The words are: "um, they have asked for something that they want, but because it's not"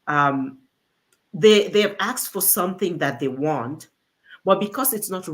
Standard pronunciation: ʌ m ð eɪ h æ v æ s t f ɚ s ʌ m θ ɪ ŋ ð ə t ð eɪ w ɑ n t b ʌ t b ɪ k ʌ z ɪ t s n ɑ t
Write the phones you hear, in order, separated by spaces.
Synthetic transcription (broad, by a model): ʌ m ð eɪ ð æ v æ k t f ɚ s ʌ m θ ɪ ŋ ð ə t ð eɪ w ɑ n t b ʌ t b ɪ k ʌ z ɪ t s n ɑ t